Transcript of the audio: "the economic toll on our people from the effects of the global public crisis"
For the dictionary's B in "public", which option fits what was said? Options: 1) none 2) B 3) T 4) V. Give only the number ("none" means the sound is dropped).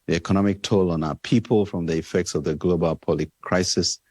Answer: 1